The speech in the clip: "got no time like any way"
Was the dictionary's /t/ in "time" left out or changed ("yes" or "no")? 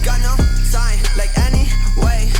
yes